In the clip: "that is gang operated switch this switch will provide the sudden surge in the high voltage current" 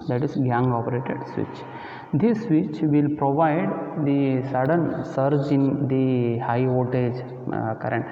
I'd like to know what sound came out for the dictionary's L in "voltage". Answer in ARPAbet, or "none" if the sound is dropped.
none